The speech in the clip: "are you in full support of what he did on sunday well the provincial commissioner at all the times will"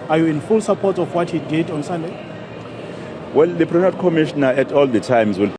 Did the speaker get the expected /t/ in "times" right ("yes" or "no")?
yes